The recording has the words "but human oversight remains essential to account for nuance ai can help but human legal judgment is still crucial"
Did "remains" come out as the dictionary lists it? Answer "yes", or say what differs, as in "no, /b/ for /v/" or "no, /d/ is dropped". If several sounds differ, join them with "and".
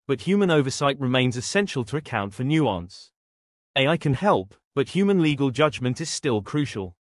yes